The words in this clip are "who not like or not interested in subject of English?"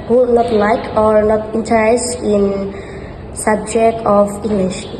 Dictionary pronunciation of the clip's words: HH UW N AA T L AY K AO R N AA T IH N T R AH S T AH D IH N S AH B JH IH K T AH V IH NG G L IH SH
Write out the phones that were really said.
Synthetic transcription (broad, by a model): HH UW N AA T L AY K AO R N AA T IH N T AH T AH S IH N S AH B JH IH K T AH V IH NG G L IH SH